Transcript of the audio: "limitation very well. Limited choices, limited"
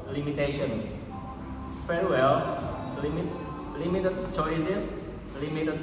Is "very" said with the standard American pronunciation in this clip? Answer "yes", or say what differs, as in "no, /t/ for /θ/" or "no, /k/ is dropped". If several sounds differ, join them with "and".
no, /f/ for /v/